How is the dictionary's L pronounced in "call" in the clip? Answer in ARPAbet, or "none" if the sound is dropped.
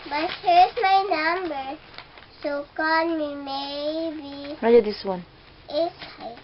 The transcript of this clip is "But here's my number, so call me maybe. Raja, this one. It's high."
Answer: N